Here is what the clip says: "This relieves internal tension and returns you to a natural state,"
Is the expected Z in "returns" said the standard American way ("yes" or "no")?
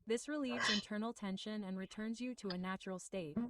yes